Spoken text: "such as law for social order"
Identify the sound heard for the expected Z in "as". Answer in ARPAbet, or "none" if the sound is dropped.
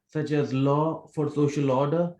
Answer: Z